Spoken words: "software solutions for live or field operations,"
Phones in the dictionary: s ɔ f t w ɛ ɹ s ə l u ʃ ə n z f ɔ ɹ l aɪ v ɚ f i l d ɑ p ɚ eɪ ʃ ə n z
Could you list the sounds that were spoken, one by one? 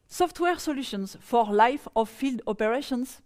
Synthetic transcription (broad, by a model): s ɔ f t w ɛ ɹ s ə l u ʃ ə n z f ɔ ɹ l aɪ f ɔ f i l d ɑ p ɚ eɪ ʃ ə n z